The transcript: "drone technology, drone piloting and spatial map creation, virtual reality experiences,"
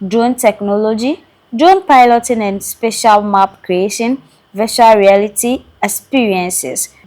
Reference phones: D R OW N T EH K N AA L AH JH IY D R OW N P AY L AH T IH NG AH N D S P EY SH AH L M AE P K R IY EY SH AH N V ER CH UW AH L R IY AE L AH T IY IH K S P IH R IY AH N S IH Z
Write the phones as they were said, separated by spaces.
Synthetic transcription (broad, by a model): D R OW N T EH K N AA L AH JH IY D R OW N P AY L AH T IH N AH N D S P EY SH AH L M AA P K R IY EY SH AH N V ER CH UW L R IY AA L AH T IY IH K S P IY R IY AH N S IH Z